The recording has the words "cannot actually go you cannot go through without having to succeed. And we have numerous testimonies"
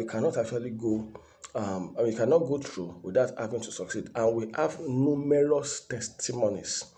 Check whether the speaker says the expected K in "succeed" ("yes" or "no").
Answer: yes